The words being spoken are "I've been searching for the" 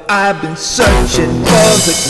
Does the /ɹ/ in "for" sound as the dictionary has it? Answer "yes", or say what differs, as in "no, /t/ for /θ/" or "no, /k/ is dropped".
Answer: no, /l/ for /ɹ/